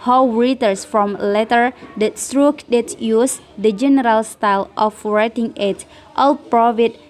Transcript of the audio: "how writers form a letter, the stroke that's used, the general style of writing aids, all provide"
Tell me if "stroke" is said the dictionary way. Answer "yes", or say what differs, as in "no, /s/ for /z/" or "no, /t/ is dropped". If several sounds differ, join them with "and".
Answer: yes